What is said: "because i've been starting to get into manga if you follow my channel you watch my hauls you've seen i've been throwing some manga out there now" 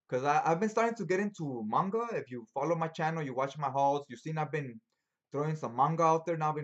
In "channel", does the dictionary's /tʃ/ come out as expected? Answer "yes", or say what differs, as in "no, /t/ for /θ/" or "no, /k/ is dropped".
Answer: yes